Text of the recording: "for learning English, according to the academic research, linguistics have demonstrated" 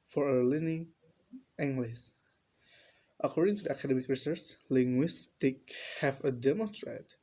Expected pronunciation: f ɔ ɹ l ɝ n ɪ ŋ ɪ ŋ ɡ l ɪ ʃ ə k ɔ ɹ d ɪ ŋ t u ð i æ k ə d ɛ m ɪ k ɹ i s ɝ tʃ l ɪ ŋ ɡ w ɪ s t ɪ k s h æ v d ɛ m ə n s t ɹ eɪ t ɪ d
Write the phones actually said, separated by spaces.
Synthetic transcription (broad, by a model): f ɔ ɹ l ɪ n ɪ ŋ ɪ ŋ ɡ l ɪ s ə k ɔ ɹ d ɪ ŋ t u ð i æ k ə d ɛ m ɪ k ɹ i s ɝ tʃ l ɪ ŋ ɡ w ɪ s t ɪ k h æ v d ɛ m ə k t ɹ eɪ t